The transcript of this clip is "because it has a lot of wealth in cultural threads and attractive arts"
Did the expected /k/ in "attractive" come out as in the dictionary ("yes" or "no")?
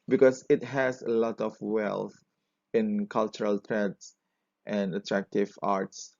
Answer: yes